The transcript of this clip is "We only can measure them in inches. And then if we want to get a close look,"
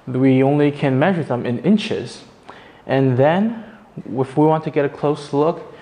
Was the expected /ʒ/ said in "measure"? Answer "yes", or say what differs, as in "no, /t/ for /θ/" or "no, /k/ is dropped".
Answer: yes